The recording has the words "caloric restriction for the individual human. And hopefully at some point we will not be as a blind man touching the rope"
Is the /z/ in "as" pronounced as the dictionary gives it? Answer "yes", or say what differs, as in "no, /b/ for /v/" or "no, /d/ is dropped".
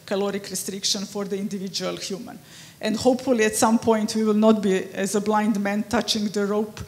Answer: yes